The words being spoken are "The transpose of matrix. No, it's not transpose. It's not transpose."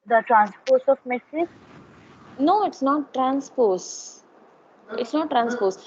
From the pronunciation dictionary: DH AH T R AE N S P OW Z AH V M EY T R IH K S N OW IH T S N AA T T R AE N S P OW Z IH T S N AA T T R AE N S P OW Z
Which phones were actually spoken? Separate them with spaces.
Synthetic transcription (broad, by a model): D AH T R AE N S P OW S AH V M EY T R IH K N OW IH T S N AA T T R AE N S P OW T IH T S N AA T T R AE N S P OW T